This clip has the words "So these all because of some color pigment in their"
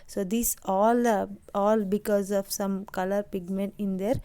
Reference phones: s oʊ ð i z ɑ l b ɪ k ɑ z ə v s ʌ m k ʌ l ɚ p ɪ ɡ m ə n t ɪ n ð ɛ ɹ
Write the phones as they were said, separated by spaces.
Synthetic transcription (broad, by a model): s oʊ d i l ɑ l b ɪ k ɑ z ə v s ʌ m k ʌ l ɚ p ɪ ɡ m ə n t ɪ n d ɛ ɹ